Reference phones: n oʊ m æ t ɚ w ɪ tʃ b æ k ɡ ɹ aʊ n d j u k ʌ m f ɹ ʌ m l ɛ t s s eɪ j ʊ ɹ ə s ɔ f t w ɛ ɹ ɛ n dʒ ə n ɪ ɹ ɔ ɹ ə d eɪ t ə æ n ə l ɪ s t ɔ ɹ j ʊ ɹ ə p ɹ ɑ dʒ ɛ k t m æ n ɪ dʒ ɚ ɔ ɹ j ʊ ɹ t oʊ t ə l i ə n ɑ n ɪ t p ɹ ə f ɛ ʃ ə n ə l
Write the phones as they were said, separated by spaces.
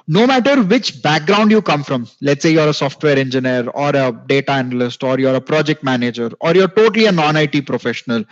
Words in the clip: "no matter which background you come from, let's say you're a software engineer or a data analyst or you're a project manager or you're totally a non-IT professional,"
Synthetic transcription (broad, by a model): n oʊ m æ t ɚ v ɪ tʃ b æ k ɡ ɹ aʊ n d j u k ʌ m f ɹ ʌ m l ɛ t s s eɪ j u ɹ ə s ɔ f t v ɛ ɹ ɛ n dʒ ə n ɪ ɹ ɔ ɹ ə d eɪ t ə æ n ə l ɪ s t ɔ ɹ j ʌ ɹ ə p ɹ ɑ dʒ ɛ k t m æ n ɪ dʒ ɚ ɔ ɹ j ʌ ɹ t oʊ t ə l i ə n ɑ n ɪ t p ɹ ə f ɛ ʃ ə n ə l